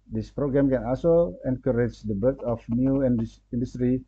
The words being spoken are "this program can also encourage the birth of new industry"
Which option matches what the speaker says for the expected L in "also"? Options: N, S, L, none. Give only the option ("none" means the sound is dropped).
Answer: none